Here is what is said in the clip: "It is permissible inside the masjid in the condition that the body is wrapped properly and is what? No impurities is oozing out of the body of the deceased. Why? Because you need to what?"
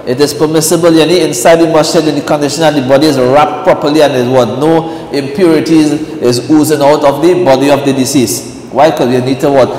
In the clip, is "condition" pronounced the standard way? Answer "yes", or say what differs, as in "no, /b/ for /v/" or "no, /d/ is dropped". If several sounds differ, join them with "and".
yes